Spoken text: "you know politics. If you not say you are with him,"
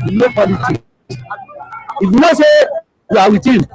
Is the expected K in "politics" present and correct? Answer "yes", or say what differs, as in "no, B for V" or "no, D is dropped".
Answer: no, K is dropped